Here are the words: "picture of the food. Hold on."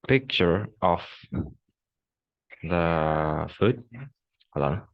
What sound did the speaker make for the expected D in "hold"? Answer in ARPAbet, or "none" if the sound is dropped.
none